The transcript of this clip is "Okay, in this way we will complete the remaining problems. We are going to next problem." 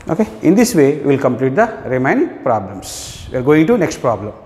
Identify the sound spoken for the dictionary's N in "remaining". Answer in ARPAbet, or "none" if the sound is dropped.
none